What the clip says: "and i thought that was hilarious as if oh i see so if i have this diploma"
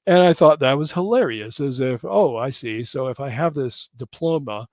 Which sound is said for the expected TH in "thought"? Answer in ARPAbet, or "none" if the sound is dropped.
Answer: TH